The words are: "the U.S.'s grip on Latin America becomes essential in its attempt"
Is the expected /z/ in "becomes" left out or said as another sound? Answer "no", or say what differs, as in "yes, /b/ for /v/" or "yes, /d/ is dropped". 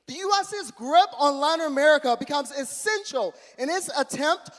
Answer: no